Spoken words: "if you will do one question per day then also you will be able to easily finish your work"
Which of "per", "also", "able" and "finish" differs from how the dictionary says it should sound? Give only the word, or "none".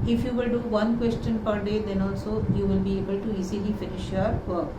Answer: none